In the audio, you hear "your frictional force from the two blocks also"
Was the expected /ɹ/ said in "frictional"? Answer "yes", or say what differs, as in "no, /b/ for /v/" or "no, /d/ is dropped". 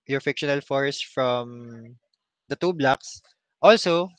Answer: no, /ɹ/ is dropped